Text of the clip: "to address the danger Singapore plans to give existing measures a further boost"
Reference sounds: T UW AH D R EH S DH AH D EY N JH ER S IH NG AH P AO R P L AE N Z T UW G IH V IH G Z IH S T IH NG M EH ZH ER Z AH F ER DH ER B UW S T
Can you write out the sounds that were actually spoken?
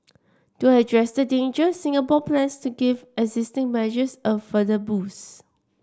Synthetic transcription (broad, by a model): T UW AH D R EH S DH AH D EY N JH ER S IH NG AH P AO P L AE N S T UW G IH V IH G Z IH S T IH NG M EH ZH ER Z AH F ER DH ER B UW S